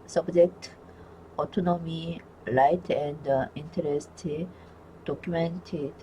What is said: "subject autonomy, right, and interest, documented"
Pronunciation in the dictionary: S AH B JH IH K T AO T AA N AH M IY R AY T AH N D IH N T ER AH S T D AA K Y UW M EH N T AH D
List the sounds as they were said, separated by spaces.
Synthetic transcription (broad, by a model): S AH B JH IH K T AO T AA N AH M IY L AY T AH N D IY N T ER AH S T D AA K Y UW M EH N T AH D